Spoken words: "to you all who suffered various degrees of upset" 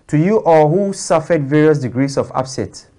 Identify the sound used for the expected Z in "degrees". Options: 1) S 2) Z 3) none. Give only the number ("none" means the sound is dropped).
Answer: 1